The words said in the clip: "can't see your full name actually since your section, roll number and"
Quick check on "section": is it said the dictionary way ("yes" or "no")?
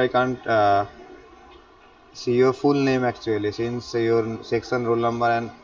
no